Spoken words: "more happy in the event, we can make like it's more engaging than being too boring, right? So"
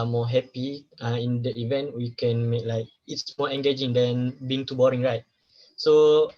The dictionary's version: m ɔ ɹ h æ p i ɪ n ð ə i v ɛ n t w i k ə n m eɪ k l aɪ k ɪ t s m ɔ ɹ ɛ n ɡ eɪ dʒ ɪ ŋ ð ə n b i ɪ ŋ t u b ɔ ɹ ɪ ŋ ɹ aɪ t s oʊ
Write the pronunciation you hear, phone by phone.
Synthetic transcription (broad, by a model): m ɔ h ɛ p i ɪ n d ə i v ɛ n t w i k ə n m eɪ k l aɪ k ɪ t s m ɔ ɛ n ɡ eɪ dʒ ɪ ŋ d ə n b i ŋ t u b ɔ ɹ ɪ ŋ ɹ aɪ t s oʊ